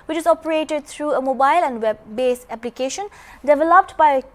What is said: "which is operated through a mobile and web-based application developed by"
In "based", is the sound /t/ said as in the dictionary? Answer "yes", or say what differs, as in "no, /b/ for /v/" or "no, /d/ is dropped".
no, /t/ is dropped